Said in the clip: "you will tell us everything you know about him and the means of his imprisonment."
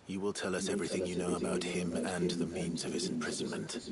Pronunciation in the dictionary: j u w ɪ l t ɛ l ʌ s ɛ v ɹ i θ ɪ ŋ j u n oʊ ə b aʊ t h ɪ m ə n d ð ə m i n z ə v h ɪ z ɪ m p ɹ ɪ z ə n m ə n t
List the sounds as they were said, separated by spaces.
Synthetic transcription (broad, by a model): j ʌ w ɪ l t ɛ l ʌ s ɛ v ɹ i θ ɪ ŋ j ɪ n oʊ ə b aʊ t h ɪ m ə n ð ə m i n z ə v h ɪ z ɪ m p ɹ ɪ z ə n m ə n t